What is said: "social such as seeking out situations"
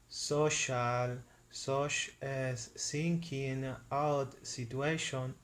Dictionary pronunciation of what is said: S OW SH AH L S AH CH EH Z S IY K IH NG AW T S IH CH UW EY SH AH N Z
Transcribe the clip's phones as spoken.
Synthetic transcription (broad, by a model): S OW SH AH L S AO SH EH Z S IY K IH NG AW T S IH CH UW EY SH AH N